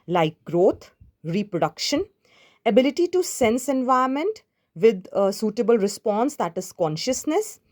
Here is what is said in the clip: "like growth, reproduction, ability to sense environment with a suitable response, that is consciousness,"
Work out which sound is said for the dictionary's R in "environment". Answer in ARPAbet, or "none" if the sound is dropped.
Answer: none